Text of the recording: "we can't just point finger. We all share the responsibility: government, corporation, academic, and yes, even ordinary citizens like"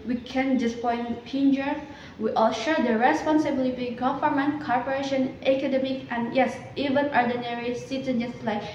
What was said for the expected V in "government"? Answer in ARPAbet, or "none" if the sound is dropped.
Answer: F